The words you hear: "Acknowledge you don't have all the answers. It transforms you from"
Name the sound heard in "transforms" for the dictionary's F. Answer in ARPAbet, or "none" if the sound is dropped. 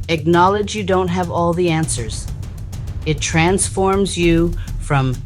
F